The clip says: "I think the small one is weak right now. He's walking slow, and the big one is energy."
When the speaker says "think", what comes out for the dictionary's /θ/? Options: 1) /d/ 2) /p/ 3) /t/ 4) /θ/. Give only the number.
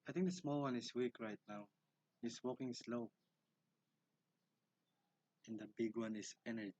3